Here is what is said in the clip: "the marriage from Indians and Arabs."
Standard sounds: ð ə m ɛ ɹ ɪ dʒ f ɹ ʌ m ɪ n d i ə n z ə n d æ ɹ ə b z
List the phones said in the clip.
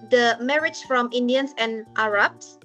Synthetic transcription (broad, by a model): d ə m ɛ ɹ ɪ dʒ f ɹ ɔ m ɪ n d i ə n s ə n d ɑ ɹ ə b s